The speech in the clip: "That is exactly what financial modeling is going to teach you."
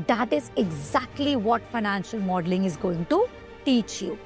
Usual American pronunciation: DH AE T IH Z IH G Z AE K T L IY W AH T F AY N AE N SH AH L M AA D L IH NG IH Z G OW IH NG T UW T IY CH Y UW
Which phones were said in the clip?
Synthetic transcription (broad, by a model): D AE T IH Z IH G Z AE K T L IY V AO T F AY N AE N SH AH L M AA D L IH NG IH Z G OW IH NG T UW T IY CH Y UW